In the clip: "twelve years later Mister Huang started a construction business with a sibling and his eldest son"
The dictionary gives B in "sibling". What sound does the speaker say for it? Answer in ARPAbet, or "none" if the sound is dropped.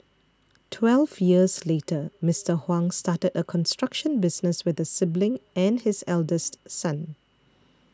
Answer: B